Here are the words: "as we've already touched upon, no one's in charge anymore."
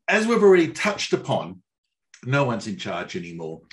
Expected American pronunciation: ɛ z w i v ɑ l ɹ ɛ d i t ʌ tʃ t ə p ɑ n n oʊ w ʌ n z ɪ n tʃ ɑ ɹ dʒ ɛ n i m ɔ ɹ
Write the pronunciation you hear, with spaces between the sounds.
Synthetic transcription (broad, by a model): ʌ z w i v ɑ l ɹ ɛ d i t ʌ tʃ t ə p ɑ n n oʊ w ʌ n z ɪ n tʃ ɑ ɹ dʒ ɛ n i m ɔ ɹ